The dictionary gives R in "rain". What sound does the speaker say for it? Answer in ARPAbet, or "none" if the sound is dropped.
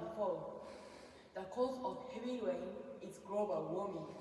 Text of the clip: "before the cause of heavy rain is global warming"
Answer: W